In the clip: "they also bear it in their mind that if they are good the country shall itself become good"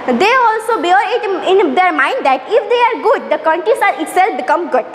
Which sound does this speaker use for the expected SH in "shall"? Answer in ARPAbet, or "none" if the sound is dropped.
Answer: S